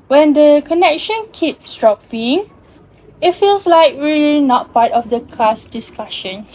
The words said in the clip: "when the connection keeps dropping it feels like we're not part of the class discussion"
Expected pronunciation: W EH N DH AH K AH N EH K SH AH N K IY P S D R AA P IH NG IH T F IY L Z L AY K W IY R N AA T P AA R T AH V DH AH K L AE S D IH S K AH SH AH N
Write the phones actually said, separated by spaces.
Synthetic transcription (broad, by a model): W EH N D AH K AH N EH K SH AH N K IY P S D R AA P IH NG IH T F IY L S L AY K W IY L N AA T P AA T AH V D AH K L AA S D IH S K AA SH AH N